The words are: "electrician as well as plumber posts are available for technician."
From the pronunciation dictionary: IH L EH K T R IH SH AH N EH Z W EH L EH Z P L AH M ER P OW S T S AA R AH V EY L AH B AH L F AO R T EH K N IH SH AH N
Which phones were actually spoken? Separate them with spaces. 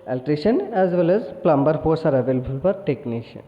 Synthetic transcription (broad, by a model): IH L T R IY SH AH N EH Z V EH L EH Z P L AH M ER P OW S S AA R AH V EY L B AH L P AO R T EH K N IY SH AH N